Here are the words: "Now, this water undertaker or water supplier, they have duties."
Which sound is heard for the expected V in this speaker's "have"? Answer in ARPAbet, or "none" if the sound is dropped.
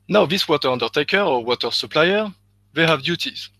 V